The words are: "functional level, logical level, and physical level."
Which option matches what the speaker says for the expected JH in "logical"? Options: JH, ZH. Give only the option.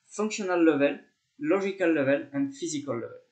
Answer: ZH